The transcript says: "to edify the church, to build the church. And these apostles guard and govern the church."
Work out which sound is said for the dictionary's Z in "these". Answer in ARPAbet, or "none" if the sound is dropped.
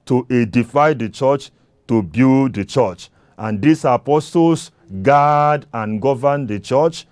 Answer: S